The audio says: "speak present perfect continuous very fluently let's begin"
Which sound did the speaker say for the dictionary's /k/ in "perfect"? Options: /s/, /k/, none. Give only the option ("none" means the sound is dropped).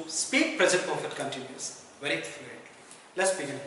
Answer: none